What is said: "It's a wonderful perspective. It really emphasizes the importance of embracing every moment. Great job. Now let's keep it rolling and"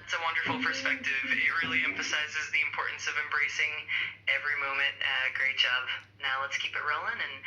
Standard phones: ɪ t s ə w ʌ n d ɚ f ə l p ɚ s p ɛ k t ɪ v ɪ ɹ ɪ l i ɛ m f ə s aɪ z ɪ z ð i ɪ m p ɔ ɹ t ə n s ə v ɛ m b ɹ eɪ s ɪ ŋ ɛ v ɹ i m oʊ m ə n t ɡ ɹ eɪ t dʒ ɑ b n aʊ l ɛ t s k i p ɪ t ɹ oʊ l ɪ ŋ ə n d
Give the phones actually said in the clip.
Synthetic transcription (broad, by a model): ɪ t s ə w ʌ n d ɚ f l p ɚ s p ɛ k t ɪ v ɪ ɹ ɪ l i ɛ m f ə s aɪ z ɪ z ð i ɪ m p ɔ ɹ t n s ə v ɛ m b ɹ eɪ s ɪ ŋ ɛ v ɹ i m oʊ m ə n t ɡ ɹ eɪ t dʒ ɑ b n aʊ l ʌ t s k i p ɪ t ɹ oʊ l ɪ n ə n